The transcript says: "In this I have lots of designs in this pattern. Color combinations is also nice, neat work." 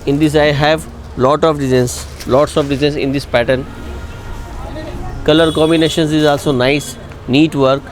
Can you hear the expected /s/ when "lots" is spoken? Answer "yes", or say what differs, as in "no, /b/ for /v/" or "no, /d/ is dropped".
no, /s/ is dropped